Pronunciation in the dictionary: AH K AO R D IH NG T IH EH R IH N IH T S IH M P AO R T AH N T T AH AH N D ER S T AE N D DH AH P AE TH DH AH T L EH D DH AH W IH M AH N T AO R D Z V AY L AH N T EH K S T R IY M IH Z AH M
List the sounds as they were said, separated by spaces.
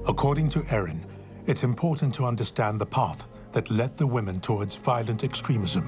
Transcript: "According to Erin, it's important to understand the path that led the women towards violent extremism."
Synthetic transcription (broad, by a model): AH K AO R D IH NG T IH EH R IH N IH T S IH M P AO R T N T T AH AH N D ER S T AE N DH AH P AE TH DH AH T L EH D DH AH W IH M AH N T AO R D Z V AY L AH N T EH K S T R IY M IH Z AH M